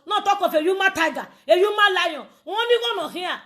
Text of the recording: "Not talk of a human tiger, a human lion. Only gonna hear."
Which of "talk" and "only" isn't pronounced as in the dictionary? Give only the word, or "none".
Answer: only